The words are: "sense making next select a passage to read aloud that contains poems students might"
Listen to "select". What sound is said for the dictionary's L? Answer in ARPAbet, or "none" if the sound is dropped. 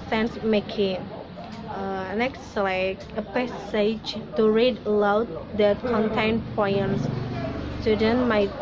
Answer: none